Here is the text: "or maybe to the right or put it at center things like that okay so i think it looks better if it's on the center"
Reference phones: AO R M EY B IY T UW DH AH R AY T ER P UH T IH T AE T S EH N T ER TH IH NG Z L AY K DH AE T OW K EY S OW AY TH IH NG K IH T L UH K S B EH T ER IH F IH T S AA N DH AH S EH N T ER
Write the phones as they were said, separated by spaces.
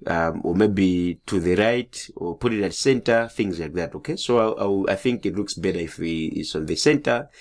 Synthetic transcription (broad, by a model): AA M M EY B IY T UW DH AH R AY T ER P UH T IH T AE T S EH N T ER TH IH NG Z L AY K DH AE T OW K EY S OW AY TH IH NG K IH T L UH K S B EH T ER IH F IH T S AA N DH AH S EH N T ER